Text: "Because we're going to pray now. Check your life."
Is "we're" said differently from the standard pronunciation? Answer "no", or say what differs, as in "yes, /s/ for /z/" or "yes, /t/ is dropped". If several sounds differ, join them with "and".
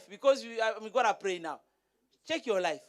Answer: yes, /w/ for /ɹ/